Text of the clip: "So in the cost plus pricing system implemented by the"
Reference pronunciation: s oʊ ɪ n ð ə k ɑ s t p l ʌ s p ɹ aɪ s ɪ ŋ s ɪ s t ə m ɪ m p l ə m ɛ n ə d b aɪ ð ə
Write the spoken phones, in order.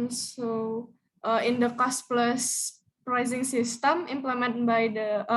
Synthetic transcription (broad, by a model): s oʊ ɪ n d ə k ɑ s t p l ʌ s p ɹ aɪ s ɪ ŋ s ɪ s t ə m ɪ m p l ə m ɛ n b aɪ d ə